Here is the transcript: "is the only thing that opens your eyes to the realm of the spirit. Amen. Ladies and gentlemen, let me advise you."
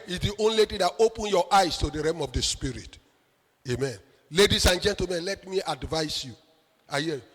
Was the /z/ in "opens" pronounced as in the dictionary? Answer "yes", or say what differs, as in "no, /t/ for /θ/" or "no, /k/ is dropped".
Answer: no, /z/ is dropped